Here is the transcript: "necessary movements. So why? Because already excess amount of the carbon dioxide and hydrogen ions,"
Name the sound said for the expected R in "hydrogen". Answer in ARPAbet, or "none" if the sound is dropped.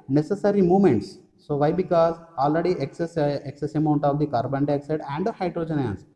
R